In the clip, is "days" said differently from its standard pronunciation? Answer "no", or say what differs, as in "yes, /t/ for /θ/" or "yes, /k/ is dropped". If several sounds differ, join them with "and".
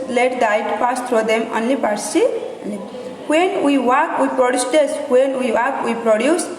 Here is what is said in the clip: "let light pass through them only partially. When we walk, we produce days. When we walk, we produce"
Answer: yes, /s/ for /z/